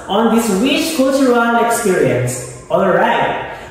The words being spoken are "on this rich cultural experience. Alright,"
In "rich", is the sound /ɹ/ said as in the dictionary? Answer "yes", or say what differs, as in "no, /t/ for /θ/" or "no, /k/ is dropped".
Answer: no, /w/ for /ɹ/